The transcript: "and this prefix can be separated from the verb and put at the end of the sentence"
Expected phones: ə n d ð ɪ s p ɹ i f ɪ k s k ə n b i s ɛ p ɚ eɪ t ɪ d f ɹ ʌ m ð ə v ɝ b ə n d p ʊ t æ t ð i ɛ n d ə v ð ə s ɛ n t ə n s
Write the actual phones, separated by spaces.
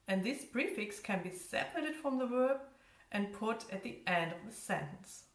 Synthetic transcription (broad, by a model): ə n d ð ɪ s b ɹ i f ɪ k s k ə n b i s ɛ p ɚ eɪ t ɪ d f ɹ ʌ m ð ə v ɝ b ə n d p ʊ t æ t ð i ɛ n d ə v ð ə s ɛ n t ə n s